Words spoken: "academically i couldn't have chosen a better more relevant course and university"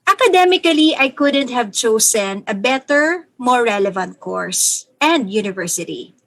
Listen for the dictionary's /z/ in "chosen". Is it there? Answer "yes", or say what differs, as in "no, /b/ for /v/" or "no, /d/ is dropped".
no, /s/ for /z/